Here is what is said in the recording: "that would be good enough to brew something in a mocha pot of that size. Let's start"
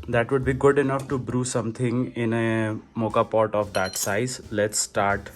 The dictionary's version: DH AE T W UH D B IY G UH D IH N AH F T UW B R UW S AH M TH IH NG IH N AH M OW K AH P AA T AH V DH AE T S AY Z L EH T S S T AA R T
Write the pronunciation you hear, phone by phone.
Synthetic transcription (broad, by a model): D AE T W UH D B IY G UH D IH N AH F T UW B R UW S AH M T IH NG IH N AH M OW K AH P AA T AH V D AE T S AY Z L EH T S S T AA R T